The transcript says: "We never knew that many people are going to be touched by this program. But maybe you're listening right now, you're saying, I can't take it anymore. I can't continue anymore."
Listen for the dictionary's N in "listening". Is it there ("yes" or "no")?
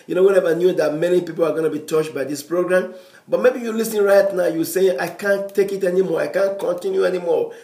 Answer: no